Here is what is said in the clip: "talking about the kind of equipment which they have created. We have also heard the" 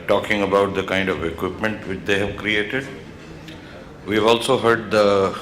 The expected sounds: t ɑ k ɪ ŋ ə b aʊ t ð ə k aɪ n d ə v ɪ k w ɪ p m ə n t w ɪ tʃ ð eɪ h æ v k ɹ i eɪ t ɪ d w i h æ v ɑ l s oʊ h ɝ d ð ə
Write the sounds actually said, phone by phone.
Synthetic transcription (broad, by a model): t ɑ k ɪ ŋ ə b aʊ t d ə k aɪ n d ə v ɪ k w ɪ p m ə n t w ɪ tʃ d eɪ h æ v k ɹ i eɪ t ɪ d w i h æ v ɑ l s oʊ h ɝ d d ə